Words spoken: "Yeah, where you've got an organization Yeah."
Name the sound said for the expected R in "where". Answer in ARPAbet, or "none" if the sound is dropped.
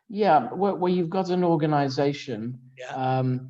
W